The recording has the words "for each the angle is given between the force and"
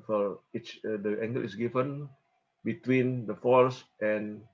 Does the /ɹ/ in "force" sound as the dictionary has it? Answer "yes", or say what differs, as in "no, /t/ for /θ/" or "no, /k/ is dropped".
no, /l/ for /ɹ/